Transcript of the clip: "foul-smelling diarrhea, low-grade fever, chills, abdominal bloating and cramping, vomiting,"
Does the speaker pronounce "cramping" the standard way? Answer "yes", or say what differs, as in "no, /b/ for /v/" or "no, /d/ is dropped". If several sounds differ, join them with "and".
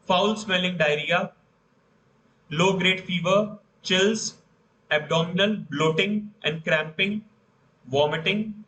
yes